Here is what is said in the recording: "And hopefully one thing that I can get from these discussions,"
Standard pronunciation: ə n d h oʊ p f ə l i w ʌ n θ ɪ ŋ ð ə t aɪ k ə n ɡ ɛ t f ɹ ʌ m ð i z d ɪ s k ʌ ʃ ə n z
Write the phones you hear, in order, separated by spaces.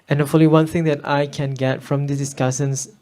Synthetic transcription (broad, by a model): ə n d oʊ f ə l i w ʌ n θ ɪ ŋ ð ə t aɪ k ə n ɡ ɛ t f ɹ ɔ m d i s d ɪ s k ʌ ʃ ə n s